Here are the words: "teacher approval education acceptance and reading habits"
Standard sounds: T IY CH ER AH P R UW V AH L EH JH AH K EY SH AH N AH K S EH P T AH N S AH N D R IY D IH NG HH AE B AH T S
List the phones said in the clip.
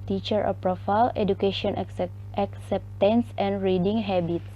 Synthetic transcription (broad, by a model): T IY CH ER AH P R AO F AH L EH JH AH K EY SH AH N AH K S EH P T AH N S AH N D R IY D IH NG HH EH B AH T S